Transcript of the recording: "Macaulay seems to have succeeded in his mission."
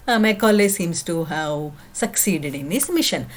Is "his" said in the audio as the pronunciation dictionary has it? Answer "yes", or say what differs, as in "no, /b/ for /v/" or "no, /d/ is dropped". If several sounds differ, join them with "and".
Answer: no, /s/ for /z/